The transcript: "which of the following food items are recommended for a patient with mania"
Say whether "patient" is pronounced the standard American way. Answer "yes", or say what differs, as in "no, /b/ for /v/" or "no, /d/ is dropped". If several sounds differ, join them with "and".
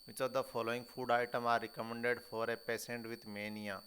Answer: no, /s/ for /ʃ/